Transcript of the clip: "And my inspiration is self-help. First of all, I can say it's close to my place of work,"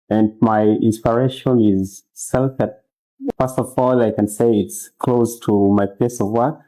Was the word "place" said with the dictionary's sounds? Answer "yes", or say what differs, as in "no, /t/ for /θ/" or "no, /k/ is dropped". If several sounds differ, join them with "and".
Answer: no, /l/ is dropped